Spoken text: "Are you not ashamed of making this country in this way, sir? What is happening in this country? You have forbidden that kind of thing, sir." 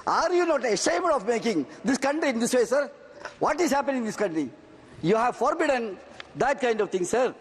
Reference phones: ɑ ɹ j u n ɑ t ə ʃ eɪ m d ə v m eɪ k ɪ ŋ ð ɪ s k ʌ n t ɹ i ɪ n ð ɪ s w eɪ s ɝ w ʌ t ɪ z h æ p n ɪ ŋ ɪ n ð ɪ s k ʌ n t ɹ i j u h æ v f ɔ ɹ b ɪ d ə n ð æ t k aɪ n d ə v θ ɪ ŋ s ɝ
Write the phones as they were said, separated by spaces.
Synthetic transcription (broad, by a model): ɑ ɹ j u n ɑ t ə ʃ eɪ m d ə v m eɪ k ɪ ŋ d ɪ s k ʌ n t ɹ i ɪ n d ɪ s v eɪ s ɝ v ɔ t ɪ z h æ p ɪ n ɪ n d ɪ s k ʌ n t ɹ i j u h æ v f ɔ ɹ b ɪ d ə n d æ t k aɪ n d ə v t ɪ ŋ s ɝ